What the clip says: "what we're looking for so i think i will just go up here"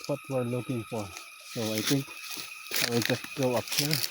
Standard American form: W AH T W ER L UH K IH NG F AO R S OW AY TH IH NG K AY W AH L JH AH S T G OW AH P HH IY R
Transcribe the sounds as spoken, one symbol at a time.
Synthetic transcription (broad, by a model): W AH T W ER L UH K IH NG F AO R S OW AY T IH NG K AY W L JH AH S T G OW AH P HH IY R